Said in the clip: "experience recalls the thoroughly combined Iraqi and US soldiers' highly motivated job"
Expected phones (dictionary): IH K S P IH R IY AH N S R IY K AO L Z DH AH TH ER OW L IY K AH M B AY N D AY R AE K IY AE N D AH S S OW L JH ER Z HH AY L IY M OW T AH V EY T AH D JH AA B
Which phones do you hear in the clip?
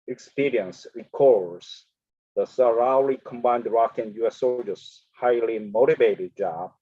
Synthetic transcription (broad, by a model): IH K S P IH R IY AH N S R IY K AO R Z DH AH S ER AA L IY K AH M B AY N D R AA K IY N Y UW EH S OW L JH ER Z HH AY L IY M OW T AH V EY T AH D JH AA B